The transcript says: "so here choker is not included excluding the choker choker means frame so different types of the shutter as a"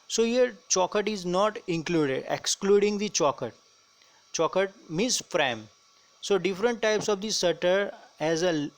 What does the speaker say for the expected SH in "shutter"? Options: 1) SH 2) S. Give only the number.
2